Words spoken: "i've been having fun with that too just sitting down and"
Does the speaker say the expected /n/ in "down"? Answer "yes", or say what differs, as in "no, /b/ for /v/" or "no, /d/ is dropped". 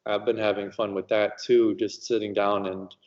yes